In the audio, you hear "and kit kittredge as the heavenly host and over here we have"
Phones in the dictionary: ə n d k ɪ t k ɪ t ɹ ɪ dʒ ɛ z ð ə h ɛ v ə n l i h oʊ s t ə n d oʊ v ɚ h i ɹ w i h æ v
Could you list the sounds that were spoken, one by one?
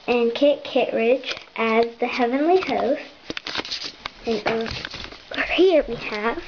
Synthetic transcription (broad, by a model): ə n k ɪ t k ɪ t ɹ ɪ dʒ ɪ z ð ə h ɛ v ə n l i h oʊ s t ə n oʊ ɚ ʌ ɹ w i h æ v